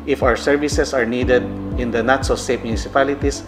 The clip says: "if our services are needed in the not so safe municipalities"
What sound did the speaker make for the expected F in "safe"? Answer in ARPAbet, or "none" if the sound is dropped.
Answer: P